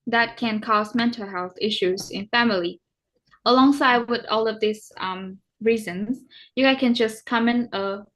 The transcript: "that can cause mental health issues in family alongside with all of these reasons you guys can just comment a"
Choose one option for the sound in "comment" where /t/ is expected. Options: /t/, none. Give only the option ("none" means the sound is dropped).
none